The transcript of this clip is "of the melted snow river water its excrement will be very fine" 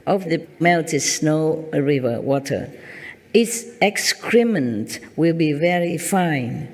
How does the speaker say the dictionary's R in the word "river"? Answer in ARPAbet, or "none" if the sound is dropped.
R